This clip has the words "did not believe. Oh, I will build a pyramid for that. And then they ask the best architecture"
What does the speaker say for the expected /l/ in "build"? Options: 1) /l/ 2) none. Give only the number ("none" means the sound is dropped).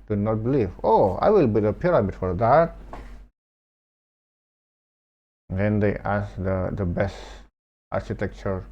2